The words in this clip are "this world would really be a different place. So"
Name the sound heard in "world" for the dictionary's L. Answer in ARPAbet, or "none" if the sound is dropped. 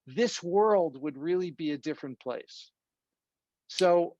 L